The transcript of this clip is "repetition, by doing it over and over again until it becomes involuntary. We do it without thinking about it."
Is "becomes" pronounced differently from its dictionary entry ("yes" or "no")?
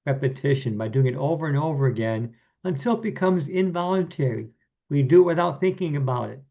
no